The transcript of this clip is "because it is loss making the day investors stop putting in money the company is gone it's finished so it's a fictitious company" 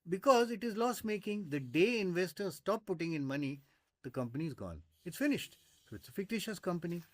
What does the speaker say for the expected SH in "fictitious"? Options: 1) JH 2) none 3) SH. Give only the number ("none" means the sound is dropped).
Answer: 3